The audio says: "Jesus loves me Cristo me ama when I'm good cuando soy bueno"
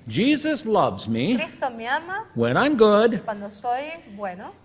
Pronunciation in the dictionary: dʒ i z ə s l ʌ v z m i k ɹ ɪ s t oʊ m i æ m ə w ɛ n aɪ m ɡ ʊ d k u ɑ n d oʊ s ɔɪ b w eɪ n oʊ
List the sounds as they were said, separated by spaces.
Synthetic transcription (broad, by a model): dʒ i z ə s l ʌ v z m i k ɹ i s t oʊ m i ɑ m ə w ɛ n aɪ m ɡ ʊ d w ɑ n d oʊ s ɔɪ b w eɪ n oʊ